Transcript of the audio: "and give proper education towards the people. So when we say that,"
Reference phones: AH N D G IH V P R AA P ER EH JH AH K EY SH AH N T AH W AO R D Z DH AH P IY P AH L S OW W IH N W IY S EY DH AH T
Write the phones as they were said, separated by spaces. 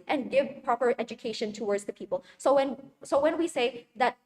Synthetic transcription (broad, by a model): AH N G IH V P R AA P ER EH JH AH K EY SH AH N T AH W AO R D Z DH AH P IY P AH N S OW W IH N W IY S EY DH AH T